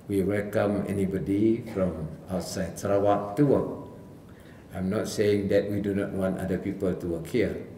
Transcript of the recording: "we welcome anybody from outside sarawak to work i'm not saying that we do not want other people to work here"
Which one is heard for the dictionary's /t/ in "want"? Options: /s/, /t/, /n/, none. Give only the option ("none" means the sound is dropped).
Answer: /t/